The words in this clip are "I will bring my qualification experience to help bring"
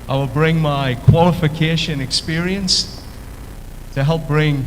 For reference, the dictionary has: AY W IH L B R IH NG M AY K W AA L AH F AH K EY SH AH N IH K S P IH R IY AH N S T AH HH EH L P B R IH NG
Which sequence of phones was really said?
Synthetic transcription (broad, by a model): AY W IH L B R IH NG M AY K W AA L AH F AH K EY SH AH N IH K S P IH R IY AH N S T AH HH EH L P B R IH NG